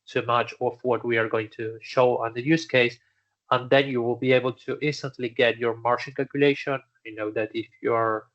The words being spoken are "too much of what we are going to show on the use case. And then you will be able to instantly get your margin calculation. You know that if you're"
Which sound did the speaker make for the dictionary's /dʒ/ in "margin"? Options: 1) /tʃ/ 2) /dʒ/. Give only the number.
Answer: 1